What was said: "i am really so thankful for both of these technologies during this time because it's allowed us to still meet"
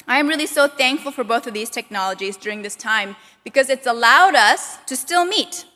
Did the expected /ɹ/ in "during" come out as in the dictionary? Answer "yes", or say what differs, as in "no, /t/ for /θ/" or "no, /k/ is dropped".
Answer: yes